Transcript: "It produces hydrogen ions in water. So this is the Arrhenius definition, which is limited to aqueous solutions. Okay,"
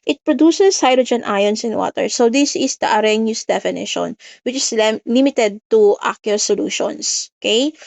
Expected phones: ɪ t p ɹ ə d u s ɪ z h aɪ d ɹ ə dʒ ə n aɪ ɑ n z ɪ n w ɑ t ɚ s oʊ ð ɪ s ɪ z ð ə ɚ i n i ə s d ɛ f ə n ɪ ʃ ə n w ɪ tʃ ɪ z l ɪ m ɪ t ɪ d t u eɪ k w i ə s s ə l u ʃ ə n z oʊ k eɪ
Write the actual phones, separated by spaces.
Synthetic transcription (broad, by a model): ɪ t p ɹ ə d u s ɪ s h aɪ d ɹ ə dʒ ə n aɪ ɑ n s ɪ n w ɑ t ɚ s oʊ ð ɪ s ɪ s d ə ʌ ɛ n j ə s d ɛ f ə n ɪ ʃ ə n w ɪ tʃ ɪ s l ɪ m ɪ t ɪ d t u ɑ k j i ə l s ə l u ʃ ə n s oʊ k eɪ